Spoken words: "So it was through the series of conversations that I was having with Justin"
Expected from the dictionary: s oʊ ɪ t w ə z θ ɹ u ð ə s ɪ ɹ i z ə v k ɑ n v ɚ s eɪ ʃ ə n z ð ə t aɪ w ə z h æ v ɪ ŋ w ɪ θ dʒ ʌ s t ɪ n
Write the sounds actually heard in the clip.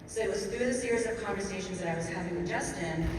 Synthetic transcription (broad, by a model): s oʊ ɪ t w ə z θ ɹ u ð ə s ɪ ɹ i z ə v k ɑ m v ɚ s eɪ ʃ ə n z ð ə t aɪ w ə z h æ v ɪ ŋ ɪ dʒ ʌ s t ɪ n